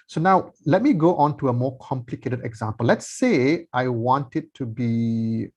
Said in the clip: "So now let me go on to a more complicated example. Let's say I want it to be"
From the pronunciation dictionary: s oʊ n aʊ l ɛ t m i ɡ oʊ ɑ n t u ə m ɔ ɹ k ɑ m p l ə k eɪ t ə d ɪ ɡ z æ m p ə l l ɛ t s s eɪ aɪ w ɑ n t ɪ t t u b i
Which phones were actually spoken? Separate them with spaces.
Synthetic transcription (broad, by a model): s oʊ n aʊ l ɛ t m i ɡ oʊ ɑ n t u ə m ɔ k ɑ m p l ə k eɪ t ə d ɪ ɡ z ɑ m p ə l l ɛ t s s eɪ aɪ w ɑ n t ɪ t t u b i